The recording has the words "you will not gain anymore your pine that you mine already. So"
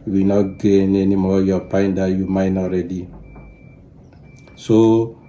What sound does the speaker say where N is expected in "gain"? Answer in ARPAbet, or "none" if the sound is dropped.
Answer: N